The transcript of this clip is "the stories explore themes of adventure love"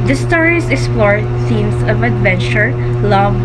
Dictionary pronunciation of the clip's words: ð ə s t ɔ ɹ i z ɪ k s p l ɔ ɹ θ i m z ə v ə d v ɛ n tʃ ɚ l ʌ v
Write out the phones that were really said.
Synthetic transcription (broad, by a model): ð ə s t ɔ ɹ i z ɪ k s p l ɔ ɹ s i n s ə v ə d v ɛ n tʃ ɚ l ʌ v